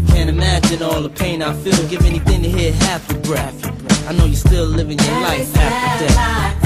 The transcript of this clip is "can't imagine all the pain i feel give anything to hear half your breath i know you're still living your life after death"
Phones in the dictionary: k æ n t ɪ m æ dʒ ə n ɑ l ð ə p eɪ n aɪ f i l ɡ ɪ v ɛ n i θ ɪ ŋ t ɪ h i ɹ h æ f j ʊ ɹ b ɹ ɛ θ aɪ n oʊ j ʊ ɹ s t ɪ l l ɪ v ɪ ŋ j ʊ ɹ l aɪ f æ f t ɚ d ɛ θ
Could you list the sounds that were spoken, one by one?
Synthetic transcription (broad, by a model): k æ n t ɪ m æ dʒ ə n ɑ l ð ə p eɪ n aɪ f i l ɡ ɪ v ɛ n i θ ɪ ŋ t ɪ h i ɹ h æ f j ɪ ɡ ɹ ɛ f aɪ n oʊ j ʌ ɹ s t ɪ l l ɪ v ɪ ŋ j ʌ ɹ l aɪ f æ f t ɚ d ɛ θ